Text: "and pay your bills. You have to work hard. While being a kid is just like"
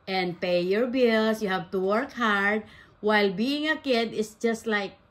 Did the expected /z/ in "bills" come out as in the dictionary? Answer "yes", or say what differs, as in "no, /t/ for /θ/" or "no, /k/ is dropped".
no, /s/ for /z/